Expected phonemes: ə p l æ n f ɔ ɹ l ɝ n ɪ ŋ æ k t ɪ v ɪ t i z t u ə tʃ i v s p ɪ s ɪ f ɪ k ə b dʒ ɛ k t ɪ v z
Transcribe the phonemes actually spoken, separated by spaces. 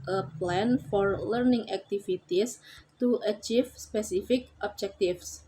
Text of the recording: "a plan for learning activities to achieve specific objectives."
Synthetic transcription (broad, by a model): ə p l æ n f ɔ ɹ l ɝ n ɪ ŋ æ k t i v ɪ t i s t u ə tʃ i f s p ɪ s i f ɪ k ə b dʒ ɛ k t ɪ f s